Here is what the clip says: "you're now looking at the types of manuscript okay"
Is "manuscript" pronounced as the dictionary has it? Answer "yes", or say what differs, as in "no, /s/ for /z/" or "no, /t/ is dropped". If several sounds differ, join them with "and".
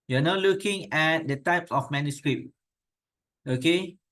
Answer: no, /t/ is dropped